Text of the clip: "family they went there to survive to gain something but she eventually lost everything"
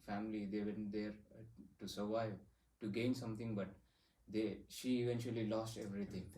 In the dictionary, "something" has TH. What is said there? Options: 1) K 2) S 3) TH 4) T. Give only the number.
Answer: 4